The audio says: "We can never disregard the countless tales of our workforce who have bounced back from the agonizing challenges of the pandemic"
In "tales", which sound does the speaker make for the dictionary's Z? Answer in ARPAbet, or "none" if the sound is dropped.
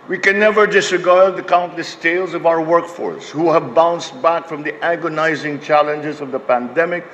Z